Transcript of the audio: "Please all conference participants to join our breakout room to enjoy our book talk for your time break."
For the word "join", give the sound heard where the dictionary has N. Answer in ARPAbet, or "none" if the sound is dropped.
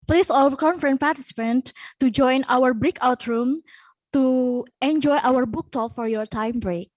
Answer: N